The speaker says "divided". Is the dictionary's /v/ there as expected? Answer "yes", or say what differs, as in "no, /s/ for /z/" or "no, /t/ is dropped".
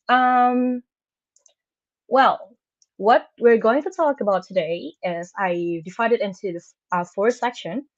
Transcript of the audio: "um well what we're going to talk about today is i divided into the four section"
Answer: no, /f/ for /v/